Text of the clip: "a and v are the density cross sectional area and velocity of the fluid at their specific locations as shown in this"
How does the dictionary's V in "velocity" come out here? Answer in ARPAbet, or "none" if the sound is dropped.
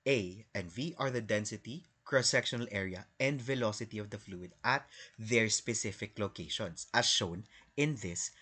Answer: V